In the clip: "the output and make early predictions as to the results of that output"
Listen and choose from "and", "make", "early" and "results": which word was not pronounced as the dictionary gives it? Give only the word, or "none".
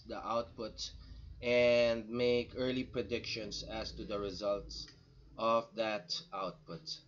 none